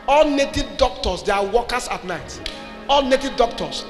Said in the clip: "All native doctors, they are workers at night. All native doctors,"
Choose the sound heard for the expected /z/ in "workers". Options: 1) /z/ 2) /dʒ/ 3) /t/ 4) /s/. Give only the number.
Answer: 4